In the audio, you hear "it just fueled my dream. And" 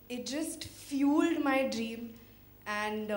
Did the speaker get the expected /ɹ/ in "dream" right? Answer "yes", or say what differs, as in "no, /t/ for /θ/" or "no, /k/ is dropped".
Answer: yes